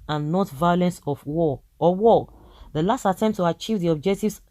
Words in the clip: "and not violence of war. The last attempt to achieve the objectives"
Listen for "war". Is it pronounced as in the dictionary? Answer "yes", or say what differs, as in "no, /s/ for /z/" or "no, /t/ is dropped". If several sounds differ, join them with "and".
no, /w/ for /ɹ/